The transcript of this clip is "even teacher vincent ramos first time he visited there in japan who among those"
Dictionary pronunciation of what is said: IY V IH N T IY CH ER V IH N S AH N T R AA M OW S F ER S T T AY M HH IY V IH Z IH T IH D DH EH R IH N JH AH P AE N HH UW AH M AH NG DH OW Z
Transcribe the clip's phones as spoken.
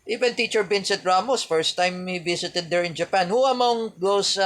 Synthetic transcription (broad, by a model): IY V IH N T IY CH ER B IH N S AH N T R AA M OW S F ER S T T AY M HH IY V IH S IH T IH D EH R IH N JH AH P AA N HH UW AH M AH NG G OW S